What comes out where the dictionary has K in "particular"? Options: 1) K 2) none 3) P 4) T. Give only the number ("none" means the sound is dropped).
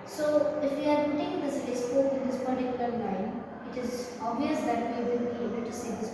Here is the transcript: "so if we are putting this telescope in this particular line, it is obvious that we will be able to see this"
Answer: 1